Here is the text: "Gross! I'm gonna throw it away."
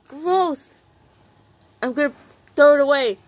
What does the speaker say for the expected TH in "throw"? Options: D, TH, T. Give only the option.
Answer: T